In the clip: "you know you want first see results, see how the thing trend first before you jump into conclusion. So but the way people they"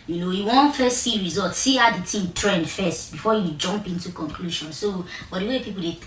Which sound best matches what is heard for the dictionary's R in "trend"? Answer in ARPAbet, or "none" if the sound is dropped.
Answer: R